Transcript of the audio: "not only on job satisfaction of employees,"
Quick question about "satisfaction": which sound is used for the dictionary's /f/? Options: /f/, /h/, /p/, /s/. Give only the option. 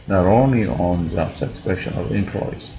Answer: /p/